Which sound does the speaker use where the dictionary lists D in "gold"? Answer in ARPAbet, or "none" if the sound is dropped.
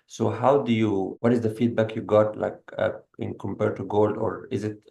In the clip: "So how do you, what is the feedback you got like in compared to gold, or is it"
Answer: D